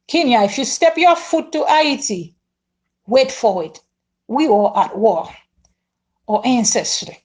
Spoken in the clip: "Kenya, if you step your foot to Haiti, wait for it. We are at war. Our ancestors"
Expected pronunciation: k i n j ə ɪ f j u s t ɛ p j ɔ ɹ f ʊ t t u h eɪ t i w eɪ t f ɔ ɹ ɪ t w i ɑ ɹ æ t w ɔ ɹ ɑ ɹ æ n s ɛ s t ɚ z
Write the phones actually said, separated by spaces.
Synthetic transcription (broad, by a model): k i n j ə ɪ f j u s t ɛ p j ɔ f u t t u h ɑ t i w eɪ t f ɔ w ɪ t w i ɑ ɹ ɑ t w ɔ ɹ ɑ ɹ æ n s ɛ s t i